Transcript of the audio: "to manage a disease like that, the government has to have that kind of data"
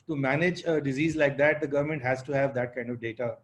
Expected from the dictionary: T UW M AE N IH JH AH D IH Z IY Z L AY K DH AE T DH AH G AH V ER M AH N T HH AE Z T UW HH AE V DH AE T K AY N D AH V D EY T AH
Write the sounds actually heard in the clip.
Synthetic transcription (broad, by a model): T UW M AE N IH JH AH D IH Z IY Z L AY K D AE T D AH G AH V ER M AH N T HH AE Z T UW HH AE V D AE T K AY N D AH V D EY T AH